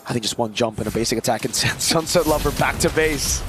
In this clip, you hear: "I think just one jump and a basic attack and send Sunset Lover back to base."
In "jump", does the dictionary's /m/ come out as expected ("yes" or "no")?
yes